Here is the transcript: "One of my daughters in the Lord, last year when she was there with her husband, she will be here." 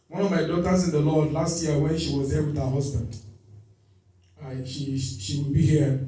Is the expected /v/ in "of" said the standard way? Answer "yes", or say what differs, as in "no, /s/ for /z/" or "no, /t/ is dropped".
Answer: yes